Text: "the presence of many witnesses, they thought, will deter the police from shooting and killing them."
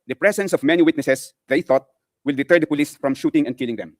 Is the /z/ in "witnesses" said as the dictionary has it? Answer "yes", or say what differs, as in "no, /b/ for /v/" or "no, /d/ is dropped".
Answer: no, /s/ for /z/